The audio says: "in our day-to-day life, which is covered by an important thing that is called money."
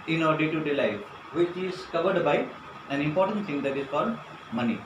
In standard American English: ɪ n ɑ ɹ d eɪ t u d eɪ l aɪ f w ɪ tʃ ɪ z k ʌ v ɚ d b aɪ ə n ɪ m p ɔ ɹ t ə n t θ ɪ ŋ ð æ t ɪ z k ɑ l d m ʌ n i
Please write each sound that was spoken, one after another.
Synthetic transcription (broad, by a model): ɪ n ɑ ɹ d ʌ t u d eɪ l aɪ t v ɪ tʃ ɪ z k ʌ v ɚ d b aɪ ə n ɪ m p ɔ ɹ t ə n t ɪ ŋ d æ t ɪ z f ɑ d m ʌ n i